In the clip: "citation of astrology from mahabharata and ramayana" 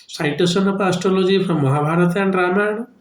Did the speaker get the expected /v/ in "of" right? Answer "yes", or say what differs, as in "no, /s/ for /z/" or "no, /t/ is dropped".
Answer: no, /p/ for /v/